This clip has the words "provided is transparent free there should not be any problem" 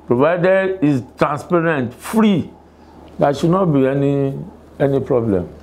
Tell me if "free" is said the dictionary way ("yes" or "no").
yes